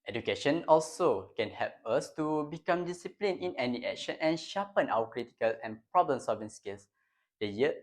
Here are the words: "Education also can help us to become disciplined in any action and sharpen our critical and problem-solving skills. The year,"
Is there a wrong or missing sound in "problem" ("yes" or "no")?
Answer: no